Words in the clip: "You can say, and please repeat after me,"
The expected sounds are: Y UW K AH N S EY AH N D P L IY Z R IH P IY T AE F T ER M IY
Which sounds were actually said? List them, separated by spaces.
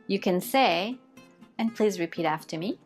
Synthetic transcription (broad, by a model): Y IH K AH N S EY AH N P L IY Z R IH P IY T AE F T ER M IY